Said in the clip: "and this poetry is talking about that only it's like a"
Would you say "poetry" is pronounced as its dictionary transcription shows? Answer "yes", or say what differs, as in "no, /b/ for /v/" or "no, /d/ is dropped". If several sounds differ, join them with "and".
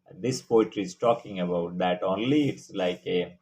yes